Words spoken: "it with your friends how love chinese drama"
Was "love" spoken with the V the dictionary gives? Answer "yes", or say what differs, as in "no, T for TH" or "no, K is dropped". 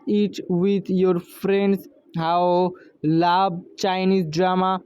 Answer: no, B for V